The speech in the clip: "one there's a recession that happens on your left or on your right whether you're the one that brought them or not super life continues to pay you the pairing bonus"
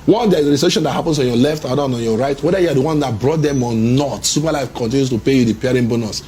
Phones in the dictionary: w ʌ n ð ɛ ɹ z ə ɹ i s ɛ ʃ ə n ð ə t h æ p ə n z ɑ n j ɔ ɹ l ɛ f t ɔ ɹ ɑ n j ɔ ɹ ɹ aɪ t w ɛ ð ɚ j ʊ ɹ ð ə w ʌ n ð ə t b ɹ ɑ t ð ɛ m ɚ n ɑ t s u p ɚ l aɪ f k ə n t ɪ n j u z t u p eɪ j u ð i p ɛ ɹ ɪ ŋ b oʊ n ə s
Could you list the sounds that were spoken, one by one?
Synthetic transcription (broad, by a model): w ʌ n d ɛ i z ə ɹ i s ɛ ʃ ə n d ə t h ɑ p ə n s ɑ n j ɔ l ɛ f t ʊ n ɑ n j ɔ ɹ ɹ aɪ t w ɛ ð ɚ j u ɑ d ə w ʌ n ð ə t b ɹ ɑ t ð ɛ m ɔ n ɑ t s u p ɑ l aɪ f k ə n t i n j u s t u p eɪ j u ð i p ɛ ɹ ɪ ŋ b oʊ n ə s